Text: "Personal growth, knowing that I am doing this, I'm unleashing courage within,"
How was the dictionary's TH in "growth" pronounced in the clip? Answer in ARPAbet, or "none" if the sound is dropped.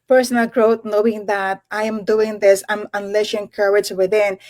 T